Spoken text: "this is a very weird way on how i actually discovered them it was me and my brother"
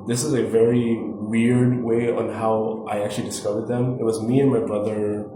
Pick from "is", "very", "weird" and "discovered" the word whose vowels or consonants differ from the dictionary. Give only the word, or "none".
none